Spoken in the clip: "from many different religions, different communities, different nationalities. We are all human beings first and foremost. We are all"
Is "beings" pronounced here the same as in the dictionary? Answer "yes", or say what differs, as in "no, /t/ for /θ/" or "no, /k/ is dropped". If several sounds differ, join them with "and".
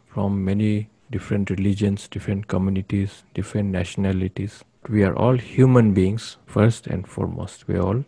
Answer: no, /s/ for /z/